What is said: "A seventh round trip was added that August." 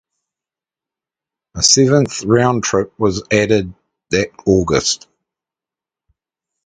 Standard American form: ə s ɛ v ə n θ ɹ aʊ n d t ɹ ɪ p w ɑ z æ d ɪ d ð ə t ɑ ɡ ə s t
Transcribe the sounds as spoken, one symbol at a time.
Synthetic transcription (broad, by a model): ə s ɛ v ə n θ ɹ aʊ n t ɹ ɪ p w ɑ z æ d ɪ d ð ə t ɑ ɡ ə s t